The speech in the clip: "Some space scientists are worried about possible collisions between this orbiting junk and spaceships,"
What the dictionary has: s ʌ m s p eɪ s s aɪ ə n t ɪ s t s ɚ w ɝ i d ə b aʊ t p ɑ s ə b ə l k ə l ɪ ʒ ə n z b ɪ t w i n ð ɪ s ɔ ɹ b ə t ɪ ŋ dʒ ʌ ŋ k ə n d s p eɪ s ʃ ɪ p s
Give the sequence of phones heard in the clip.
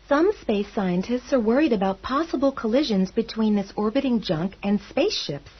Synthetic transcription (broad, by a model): s ʌ m s p eɪ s s aɪ ə n t ɪ s t s ɚ w ɝ i d ə b aʊ t p ɑ s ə b l k ə l ɪ ʒ ə n z b ɪ t w i n ð ɪ s ɔ ɹ b ə t ɪ ŋ dʒ ʌ ŋ k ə n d s p eɪ s ʃ ɪ p s